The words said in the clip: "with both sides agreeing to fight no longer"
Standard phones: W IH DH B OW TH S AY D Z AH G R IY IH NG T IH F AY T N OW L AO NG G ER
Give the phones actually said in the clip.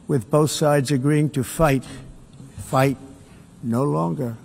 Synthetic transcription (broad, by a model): W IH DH B OW TH S AY D Z AH G R IY IH NG T IH F AY T N OW L AO NG G ER